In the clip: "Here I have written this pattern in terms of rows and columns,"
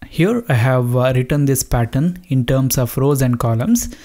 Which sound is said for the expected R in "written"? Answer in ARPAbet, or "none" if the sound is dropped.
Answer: R